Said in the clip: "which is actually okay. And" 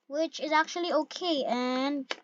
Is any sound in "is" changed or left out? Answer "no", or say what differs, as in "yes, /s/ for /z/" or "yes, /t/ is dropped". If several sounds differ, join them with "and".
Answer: no